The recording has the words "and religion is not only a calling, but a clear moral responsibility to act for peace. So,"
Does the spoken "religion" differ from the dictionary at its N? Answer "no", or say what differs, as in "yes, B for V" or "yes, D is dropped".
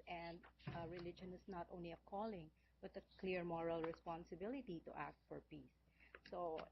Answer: no